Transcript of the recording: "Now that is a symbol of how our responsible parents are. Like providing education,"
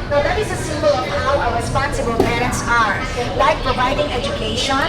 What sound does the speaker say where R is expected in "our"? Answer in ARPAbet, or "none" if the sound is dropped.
W